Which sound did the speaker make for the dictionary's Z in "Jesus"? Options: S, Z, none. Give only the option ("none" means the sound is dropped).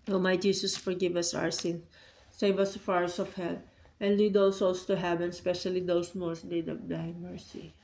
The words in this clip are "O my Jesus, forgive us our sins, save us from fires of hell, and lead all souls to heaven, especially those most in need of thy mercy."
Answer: S